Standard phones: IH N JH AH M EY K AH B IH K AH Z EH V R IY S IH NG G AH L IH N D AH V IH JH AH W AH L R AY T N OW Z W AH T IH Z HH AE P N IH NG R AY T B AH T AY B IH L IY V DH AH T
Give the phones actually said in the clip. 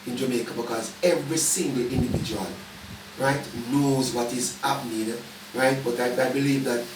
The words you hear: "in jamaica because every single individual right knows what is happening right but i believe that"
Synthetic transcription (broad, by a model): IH N JH AH M EY K AH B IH K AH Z EH V R IY S IH NG G AH L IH N D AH V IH JH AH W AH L R AY T N OW Z W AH T IH Z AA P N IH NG R AY T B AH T AY B IH L IY V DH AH T